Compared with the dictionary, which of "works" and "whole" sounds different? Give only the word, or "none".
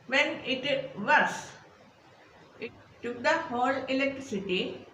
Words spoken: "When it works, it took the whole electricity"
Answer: works